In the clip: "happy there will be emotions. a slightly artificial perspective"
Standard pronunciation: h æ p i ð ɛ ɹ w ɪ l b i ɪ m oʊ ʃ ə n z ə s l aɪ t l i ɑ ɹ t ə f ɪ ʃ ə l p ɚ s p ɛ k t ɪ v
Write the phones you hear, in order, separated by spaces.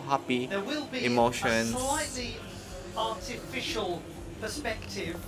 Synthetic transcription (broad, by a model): h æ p i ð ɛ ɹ w ɪ l b i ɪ m oʊ ʃ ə n ə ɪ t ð i ɑ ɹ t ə f ɪ ʃ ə l p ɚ s p ɛ k t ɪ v